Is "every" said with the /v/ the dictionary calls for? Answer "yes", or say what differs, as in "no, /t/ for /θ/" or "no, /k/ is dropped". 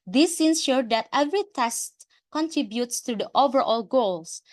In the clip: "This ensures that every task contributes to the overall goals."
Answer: yes